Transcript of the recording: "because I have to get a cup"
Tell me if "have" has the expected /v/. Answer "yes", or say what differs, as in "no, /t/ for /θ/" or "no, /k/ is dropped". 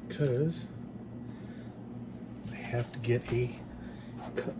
no, /f/ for /v/